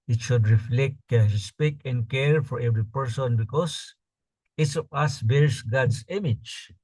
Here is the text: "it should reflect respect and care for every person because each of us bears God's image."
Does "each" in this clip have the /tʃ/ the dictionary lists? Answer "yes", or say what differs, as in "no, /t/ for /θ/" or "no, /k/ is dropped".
no, /s/ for /tʃ/